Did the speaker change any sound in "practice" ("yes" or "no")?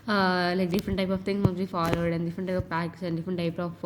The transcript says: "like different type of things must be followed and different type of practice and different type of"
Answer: yes